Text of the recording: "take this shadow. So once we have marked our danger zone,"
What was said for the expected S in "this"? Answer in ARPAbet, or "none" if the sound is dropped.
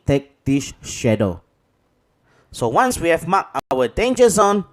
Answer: SH